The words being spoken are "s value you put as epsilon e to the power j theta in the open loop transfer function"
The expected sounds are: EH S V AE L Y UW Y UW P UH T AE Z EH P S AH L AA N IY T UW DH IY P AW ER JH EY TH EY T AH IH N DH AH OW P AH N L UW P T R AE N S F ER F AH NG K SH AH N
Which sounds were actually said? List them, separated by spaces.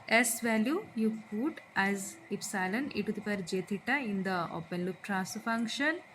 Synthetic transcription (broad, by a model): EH S V AE L Y UW Y UW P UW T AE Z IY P S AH L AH N IY T UW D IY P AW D JH EY T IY T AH IH N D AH OW P AH N L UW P T R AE S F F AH NG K SH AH N